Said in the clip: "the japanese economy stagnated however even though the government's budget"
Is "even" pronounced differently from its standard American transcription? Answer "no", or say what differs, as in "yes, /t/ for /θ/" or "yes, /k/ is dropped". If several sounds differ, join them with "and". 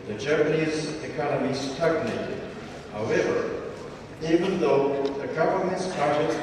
no